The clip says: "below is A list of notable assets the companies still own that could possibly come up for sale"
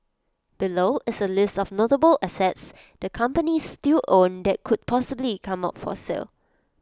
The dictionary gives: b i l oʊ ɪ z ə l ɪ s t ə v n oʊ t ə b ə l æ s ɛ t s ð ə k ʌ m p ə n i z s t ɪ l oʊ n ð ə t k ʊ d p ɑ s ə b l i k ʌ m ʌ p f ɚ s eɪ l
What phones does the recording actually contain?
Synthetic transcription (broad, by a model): b i l oʊ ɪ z ə l ɪ s t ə f n oʊ t ə b ə l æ s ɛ t s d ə k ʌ m p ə n i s t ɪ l oʊ n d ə t k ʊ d p ɑ s ə b l i k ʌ m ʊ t f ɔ s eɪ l